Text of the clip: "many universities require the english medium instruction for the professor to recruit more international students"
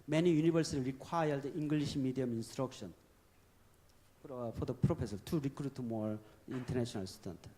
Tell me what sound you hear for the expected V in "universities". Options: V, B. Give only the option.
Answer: B